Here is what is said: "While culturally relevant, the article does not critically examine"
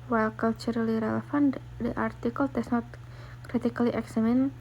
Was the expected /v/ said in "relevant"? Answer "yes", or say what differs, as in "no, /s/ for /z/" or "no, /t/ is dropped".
no, /f/ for /v/